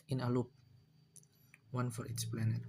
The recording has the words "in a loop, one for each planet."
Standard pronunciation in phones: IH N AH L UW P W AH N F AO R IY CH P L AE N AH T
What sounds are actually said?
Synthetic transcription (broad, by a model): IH N AH L UW P W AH N F AO R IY S P L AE N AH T